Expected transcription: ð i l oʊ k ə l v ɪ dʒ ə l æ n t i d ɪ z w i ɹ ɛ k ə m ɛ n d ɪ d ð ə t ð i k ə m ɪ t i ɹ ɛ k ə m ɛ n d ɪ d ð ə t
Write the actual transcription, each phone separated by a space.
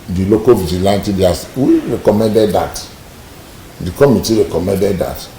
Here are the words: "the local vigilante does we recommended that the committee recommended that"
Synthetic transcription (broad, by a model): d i l oʊ k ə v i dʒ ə l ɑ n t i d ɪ s w i ɹ ɛ k ə m ɛ n d ɪ d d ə t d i k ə m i t i ɹ ɛ k ə m ɛ n d ɪ d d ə t